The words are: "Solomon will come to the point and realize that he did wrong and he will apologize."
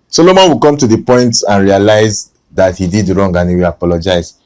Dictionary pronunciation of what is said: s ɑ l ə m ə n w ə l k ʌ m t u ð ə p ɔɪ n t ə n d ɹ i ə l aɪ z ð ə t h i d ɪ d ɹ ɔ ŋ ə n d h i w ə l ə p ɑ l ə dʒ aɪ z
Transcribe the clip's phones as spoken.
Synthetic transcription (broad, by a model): s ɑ l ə m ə n w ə k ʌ m t u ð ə p ɔɪ n t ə n ɹ i ə l aɪ z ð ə t h i d ɪ d ɹ ɔ ŋ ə n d h i w ə l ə p ɑ l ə dʒ aɪ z